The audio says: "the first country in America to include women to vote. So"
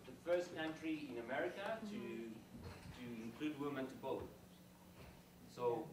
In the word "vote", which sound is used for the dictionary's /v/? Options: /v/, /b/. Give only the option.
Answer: /b/